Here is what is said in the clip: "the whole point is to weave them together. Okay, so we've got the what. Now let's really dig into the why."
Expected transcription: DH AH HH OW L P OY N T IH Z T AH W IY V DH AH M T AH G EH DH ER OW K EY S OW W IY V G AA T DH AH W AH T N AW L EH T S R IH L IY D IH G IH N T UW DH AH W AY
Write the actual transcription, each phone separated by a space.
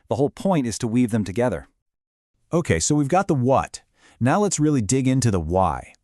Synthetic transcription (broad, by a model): DH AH HH OW L P OY N T IH Z T AH W IY V DH AH M T AH G EH DH ER OW K EY S OW W IY V G AA T DH AH W AH T N AW L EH T S R IH L IY D IH G IH N T UW DH AH W AY